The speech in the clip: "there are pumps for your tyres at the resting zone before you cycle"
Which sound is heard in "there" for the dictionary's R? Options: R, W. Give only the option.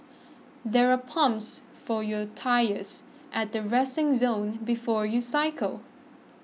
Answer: R